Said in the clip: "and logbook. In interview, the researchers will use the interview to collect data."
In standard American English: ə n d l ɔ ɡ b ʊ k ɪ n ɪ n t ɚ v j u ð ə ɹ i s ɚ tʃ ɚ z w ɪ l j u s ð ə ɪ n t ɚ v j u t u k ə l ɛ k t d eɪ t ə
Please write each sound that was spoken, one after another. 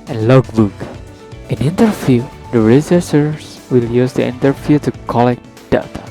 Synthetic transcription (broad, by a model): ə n l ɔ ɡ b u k ɪ n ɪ n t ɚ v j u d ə ɹ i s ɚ s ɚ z w ɪ l j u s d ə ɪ n t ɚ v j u t u k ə l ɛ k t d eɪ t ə